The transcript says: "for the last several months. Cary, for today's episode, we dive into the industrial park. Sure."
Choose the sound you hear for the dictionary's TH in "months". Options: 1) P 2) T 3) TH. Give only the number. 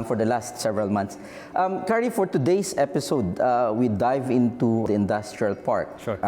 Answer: 2